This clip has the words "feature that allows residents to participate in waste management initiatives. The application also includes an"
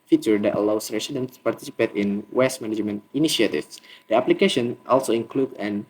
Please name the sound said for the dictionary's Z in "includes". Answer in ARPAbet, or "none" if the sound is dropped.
none